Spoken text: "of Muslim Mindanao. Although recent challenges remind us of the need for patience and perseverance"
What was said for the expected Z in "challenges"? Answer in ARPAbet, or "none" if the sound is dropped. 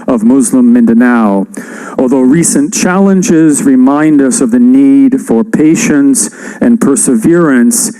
Z